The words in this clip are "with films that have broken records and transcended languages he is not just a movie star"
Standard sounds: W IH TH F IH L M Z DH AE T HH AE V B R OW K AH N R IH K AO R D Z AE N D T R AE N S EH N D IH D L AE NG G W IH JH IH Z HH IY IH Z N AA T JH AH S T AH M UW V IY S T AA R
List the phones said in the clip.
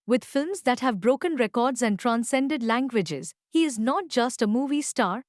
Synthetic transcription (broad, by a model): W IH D F IH L M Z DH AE T HH AE V B R OW K AH N R IH K AO R D Z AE N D T R AE N S EH N D IH D L AE NG G W IH JH IH Z HH IY IH Z N AA T JH AH S T AH M UW V IY S T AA R